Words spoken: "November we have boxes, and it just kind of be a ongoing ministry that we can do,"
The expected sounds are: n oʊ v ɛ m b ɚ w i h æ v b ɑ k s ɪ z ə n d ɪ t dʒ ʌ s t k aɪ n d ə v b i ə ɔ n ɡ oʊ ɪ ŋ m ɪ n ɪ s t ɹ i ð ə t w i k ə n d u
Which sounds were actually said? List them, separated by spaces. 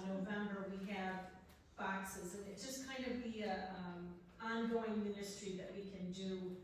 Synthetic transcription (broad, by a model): n oʊ v ɛ m b ɚ w i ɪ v b ɑ k s ɪ z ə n ɪ t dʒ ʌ s k aɪ n d ə v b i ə ɔ n ɡ oʊ ɪ ŋ m ɪ n ɪ s t ɹ i ð ə t w i k ə n d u